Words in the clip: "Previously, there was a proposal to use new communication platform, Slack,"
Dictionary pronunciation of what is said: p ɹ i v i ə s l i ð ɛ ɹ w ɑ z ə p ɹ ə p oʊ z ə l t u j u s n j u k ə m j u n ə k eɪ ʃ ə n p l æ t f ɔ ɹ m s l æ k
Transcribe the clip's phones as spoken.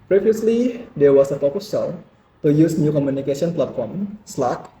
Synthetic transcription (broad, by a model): p ɹ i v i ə s l i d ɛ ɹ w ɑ s ə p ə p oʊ s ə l t u j u s n j u k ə m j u n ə k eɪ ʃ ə n p l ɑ t f ɔ ɹ m s l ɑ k